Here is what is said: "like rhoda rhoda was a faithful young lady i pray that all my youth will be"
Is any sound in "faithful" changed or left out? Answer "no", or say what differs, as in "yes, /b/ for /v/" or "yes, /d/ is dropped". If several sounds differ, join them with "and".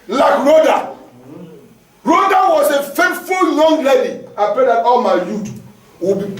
yes, /t/ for /θ/